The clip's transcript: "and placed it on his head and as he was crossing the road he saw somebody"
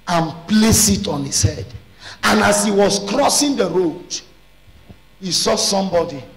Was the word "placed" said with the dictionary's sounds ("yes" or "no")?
no